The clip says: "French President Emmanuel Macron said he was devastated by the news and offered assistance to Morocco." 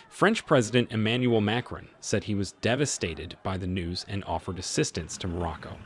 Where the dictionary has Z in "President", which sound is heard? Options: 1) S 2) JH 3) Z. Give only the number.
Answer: 3